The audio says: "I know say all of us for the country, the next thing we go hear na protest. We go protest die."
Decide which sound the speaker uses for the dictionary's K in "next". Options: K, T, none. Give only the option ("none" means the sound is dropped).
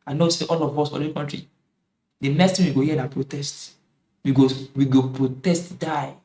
none